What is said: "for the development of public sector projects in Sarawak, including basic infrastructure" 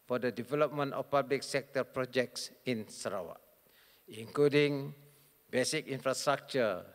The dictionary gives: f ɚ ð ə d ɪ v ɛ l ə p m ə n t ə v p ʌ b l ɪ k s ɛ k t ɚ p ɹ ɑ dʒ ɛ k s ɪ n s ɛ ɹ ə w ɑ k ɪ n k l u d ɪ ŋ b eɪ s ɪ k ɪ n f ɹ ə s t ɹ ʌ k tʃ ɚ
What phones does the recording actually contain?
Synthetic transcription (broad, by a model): f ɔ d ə d ɪ v ɛ l ə p m ə n t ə f p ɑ b l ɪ k s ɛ k t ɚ p ɹ ɑ dʒ ɛ k s ɪ n s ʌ ɹ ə w ɑ ɪ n k l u d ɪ ŋ b eɪ s ɪ k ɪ n f ɹ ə s t ɹ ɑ k tʃ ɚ